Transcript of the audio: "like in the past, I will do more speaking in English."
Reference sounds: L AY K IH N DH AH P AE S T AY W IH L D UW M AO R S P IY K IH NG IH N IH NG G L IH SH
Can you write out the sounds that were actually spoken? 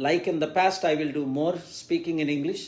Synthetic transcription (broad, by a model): L AY K IH N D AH P AE S T AY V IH L D UW M AO R S P IY K IH NG IH N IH NG G L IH SH